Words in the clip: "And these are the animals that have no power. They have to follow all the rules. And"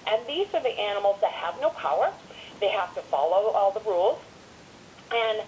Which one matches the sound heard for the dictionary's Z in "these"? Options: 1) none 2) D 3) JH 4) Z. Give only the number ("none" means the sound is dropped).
4